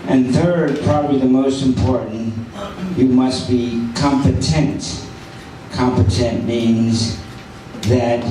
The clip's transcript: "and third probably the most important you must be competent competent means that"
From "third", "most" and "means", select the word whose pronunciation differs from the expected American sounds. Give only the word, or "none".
none